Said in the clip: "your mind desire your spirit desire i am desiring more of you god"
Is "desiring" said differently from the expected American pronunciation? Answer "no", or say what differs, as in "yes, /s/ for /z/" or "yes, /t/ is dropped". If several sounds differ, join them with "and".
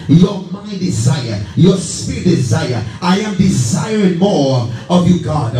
no